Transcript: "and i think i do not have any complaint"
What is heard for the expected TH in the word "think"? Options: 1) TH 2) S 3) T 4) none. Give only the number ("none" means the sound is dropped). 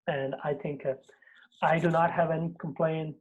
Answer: 1